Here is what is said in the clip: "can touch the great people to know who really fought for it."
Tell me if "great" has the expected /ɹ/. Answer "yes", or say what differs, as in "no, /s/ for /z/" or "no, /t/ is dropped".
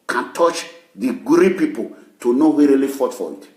no, /ɹ/ is dropped